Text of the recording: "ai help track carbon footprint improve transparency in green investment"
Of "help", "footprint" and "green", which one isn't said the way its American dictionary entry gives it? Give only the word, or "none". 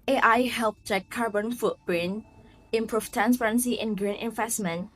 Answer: footprint